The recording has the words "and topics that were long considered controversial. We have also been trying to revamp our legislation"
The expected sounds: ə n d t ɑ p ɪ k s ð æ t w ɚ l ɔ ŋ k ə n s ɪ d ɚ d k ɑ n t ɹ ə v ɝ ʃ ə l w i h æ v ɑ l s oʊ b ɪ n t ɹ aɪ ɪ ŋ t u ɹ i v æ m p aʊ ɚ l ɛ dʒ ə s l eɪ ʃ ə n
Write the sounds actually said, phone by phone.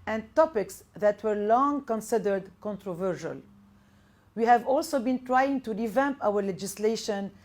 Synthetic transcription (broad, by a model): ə n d t ɑ p ɪ k s ð æ t w ɚ l ɔ ŋ k ə n s ɪ d ɚ d k ɑ n t ɹ ə v ɝ ʃ ə l w i h æ v ɑ l s oʊ b ɪ n t ɹ aɪ ɪ ŋ t u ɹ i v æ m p aʊ ɚ l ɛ dʒ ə s l eɪ ʃ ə n